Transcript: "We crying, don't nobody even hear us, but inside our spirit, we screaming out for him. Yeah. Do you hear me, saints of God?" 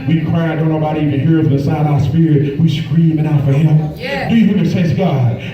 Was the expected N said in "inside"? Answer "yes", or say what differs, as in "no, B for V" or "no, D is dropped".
no, N is dropped